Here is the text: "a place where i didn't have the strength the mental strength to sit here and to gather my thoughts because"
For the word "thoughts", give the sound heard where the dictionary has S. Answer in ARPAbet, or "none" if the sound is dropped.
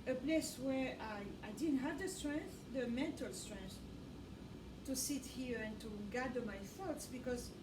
S